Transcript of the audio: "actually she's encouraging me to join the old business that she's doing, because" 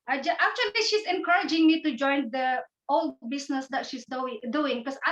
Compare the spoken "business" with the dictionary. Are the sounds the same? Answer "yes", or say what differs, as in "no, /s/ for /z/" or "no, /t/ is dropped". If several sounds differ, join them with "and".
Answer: no, /s/ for /z/